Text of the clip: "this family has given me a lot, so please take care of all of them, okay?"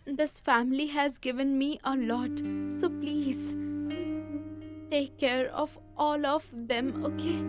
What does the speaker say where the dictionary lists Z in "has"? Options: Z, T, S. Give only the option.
Z